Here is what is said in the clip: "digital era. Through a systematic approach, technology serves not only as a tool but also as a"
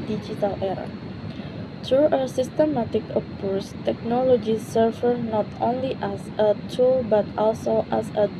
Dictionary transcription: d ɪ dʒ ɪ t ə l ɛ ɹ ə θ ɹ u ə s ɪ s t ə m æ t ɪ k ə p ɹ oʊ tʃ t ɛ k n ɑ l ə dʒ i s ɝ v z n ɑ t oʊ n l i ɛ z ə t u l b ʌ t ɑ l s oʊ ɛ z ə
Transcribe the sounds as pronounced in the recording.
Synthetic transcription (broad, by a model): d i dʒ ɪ t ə l ɛ ɹ ə t ɹ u ə s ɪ s t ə m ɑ t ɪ k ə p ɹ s t ɛ k n ɑ l ə dʒ i s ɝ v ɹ n ɑ t oʊ n l i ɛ s ə t u l b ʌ t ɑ l s oʊ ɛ s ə